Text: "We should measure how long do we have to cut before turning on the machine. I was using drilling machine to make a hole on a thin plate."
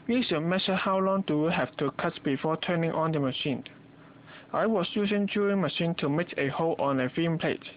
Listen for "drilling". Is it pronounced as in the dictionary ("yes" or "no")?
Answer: no